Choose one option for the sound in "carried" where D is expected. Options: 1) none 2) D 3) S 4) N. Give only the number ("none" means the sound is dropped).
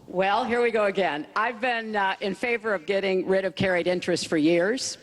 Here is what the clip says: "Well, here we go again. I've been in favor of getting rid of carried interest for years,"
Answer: 2